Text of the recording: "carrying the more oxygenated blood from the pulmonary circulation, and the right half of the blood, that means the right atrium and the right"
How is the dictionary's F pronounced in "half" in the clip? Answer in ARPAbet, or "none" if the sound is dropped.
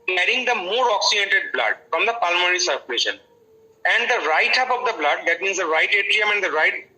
P